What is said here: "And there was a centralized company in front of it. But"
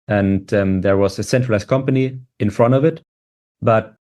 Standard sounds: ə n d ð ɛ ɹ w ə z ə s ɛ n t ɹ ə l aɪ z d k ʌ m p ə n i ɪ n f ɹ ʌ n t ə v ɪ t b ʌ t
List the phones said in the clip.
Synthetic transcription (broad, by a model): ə n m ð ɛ ɹ w ə z ə s ɛ n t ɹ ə l aɪ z k ʌ m p ə n i ɪ n f ɹ ʌ n t ə v ɪ t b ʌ t